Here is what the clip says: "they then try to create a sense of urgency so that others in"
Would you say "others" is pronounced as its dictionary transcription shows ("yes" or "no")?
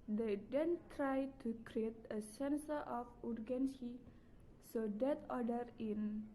no